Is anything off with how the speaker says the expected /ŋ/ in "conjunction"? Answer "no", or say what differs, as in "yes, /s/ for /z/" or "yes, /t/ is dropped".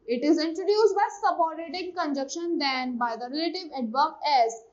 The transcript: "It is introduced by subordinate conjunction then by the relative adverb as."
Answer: yes, /ŋ/ is dropped